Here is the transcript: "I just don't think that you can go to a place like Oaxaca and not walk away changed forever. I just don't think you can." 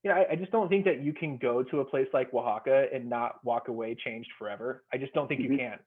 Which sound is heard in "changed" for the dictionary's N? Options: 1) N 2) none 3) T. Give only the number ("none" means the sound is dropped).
1